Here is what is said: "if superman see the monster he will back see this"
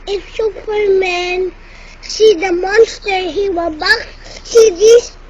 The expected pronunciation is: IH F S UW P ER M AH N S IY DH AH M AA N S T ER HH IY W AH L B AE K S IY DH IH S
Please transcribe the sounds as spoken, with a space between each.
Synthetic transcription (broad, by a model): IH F S UW P ER M AH N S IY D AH M AA N S T ER HH IY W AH B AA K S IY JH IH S